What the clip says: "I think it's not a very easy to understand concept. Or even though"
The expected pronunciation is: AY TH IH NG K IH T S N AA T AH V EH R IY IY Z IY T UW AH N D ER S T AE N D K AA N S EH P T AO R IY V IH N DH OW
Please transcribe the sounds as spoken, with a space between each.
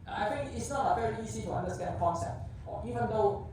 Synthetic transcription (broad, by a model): AY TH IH NG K IH T S N AA T AH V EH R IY IY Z IY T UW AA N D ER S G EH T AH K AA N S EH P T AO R IY V IH N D OW